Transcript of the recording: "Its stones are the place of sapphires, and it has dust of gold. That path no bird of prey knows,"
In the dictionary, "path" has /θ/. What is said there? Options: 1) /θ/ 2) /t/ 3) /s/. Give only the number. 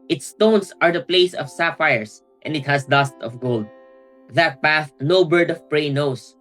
1